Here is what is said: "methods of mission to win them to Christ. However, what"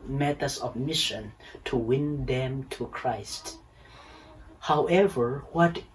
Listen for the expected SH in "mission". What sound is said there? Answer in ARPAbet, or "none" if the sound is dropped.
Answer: SH